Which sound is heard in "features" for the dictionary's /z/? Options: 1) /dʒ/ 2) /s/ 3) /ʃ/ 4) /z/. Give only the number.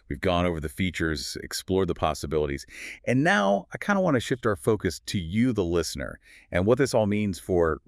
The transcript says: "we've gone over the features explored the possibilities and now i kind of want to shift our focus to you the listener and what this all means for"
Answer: 4